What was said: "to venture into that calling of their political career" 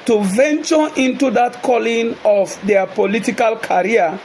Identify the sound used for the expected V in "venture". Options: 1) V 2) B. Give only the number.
1